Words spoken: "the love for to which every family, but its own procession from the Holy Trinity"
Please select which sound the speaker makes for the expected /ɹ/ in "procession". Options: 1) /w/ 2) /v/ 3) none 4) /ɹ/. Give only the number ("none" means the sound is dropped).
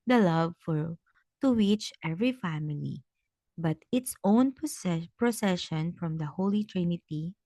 4